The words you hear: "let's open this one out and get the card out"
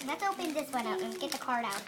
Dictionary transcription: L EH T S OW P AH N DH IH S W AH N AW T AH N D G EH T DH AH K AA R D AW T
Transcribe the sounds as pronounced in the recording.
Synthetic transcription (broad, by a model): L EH T S OW P AH N DH IH S W AH N AW T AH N G EH T DH AH K AA R D AW T